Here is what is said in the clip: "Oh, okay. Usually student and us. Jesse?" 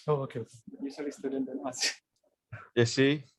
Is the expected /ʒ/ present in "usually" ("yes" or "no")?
no